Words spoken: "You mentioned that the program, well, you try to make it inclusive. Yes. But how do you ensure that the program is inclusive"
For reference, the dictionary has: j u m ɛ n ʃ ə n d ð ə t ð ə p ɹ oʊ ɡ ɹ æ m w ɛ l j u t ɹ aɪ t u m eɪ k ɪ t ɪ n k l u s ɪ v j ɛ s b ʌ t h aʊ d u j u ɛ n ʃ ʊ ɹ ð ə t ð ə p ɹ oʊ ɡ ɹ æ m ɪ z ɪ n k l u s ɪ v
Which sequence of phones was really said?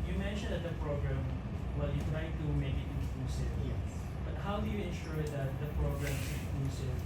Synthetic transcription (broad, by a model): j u m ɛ n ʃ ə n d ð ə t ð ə p ɹ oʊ ɡ ɹ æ m w ɛ l j u t ɹ aɪ t u m eɪ k ɪ t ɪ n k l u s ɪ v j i b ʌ t h aʊ d u j u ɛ n ʃ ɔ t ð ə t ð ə p ɹ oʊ ɡ ɹ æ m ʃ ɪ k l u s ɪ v